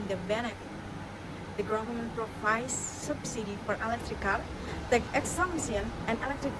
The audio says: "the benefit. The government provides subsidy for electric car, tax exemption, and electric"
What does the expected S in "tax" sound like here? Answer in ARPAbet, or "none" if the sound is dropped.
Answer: none